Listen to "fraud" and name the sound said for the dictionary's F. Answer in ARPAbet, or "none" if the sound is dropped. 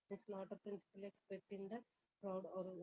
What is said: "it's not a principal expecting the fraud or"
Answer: P